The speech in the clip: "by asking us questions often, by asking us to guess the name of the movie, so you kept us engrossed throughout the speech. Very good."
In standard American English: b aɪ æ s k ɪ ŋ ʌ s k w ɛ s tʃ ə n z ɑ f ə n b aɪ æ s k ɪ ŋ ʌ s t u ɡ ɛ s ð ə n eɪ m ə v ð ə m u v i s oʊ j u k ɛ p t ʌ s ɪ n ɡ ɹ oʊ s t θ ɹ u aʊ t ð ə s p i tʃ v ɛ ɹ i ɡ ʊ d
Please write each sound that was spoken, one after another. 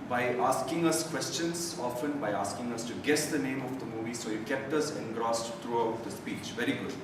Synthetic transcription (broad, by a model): b aɪ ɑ s k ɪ ŋ ʌ s k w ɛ s tʃ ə n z ɑ f ə n b aɪ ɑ s k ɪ ŋ ʌ s t u ɡ ɛ s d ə n eɪ m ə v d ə m u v i s oʊ j u k ɛ p t ʌ s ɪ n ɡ ɹ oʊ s t ɹ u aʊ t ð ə s p i tʃ v ɛ ɹ i ɡ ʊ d